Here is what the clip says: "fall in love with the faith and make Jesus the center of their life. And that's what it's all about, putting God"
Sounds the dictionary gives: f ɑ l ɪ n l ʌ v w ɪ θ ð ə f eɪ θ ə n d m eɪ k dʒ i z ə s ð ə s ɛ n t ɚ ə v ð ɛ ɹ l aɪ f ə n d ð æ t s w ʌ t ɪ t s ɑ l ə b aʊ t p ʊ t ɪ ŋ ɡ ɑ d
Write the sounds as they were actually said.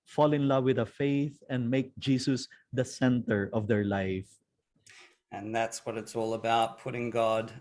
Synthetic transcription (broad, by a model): f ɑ l ɪ n l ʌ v w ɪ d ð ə f eɪ θ ə n d m eɪ k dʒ i s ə s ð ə s ɛ n t ɚ ə v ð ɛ ɹ l aɪ f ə n ð æ t s w ʌ t ɪ t s ɑ l ə b aʊ t p ʊ t ɪ ŋ ɡ ɑ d